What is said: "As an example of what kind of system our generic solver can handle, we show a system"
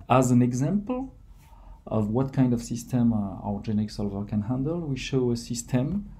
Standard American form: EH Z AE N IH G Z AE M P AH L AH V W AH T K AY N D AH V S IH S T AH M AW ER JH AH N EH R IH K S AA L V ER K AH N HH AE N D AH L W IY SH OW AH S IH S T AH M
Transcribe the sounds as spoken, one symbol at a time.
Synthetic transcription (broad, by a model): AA Z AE N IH G Z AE M P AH L AH V W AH T K AY N D AH V S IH S T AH M AW ER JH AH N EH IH K S AA L V ER K AH N HH AE N D AH L W IY SH OW AH S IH S T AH M